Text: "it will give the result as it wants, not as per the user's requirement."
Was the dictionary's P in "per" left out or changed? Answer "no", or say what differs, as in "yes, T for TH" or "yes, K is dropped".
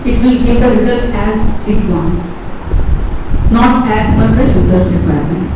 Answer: yes, F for P